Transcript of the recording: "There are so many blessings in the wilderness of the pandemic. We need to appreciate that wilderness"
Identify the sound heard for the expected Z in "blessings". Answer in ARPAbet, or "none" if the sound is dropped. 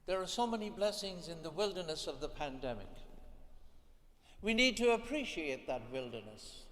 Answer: Z